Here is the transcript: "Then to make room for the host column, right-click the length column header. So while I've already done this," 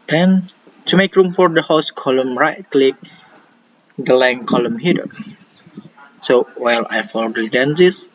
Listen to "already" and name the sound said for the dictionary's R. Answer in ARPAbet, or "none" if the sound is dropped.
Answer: L